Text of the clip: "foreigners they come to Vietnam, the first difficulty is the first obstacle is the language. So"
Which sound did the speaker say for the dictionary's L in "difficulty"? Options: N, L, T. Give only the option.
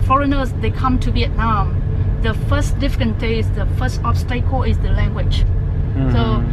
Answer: N